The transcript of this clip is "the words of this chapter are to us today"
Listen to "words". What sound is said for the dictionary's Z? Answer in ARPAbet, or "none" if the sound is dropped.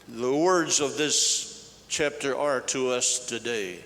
Z